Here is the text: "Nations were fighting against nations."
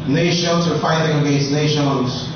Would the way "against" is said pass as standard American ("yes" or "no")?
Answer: no